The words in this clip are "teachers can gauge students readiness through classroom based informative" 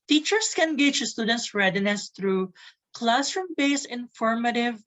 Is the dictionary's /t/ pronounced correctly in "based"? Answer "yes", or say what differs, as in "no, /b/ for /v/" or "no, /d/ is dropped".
no, /t/ is dropped